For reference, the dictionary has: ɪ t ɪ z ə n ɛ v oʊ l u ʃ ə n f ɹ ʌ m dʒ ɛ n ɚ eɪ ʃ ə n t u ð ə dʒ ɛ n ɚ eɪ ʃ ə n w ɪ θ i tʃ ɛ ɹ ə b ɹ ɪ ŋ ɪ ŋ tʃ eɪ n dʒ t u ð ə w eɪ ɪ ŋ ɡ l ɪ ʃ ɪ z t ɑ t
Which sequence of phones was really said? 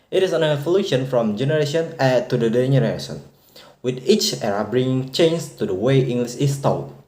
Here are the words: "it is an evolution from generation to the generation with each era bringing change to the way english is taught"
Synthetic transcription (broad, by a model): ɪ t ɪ s ə n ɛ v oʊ l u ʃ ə n f ɹ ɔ m dʒ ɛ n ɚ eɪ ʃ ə n t u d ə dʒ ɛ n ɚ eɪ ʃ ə n w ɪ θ i tʃ ɛ ɹ ə b ɹ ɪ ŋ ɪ ŋ tʃ eɪ n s t u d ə w eɪ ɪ ŋ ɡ l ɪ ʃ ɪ s t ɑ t